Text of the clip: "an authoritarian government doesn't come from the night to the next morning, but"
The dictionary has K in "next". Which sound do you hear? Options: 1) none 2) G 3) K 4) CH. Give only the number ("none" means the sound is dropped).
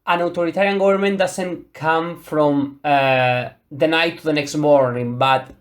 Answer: 3